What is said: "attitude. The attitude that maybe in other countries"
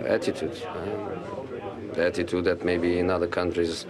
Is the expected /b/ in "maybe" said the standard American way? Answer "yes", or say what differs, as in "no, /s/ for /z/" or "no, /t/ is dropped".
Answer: yes